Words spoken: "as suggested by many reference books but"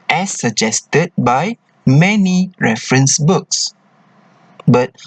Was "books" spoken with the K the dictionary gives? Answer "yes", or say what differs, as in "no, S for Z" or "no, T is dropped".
yes